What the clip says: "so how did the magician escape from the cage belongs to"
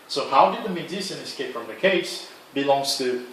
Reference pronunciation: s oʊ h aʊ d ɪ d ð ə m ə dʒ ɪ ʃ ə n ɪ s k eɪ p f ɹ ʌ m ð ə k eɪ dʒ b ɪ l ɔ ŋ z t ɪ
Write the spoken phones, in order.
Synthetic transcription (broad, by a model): s oʊ h aʊ d ɪ d ð ə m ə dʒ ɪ s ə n ɪ s k eɪ p f ɹ ʌ m ð ə k eɪ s b ɪ l ɔ ŋ z t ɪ